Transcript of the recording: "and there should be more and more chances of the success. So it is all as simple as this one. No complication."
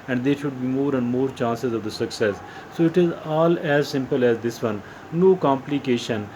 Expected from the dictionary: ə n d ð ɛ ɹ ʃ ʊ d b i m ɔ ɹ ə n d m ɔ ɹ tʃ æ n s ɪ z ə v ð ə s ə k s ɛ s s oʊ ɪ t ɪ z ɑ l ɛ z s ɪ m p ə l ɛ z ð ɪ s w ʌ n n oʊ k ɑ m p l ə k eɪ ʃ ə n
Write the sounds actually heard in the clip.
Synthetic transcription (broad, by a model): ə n d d ɛ ɹ ʃ ʊ d b i m ɔ ɹ ə n d m ɔ ɹ tʃ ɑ n s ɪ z ə v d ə s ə k s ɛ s s oʊ ɪ t ɪ z ɑ l ɛ z s ɪ m p ə l ɛ z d ɪ s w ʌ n n oʊ k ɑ m p l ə k eɪ ʃ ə n